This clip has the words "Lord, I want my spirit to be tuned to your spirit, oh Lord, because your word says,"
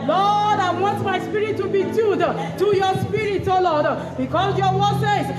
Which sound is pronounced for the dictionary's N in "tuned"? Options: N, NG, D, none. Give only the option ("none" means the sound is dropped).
none